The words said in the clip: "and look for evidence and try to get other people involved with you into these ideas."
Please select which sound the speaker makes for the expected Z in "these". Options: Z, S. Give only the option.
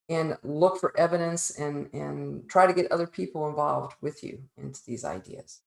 Z